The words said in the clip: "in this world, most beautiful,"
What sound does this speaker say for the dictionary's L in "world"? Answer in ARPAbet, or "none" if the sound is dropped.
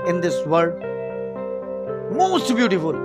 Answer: none